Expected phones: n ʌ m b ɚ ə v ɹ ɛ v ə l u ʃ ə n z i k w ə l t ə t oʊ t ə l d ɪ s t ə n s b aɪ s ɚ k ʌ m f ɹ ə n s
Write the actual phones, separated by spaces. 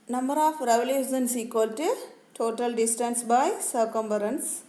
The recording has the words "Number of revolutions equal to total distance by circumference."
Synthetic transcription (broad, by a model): n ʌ m b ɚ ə f ɹ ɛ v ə l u s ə n s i k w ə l t ə t oʊ t ə l d ɪ s t ə n s b aɪ s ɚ k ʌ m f ɹ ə n s